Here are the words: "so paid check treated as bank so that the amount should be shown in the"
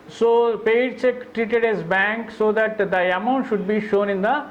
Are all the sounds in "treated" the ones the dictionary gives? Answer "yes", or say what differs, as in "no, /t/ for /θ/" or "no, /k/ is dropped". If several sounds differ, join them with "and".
yes